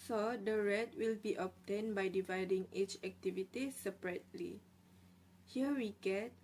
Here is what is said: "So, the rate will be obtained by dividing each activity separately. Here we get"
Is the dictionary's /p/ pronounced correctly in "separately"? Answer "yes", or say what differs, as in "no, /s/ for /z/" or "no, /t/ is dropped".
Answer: yes